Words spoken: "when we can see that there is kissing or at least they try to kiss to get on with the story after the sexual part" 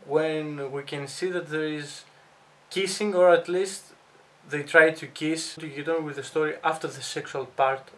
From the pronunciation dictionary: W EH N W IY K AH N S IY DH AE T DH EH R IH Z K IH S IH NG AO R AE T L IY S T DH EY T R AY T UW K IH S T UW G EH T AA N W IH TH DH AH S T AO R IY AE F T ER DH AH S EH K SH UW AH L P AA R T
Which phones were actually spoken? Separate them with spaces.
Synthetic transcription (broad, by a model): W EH N W IY K AH N S IY DH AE T DH EH R IH Z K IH S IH NG AO R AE T L IY S T DH EY T R AY T UW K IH S T UW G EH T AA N W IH DH AH S T AO R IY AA F T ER DH AH S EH K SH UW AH L P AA R T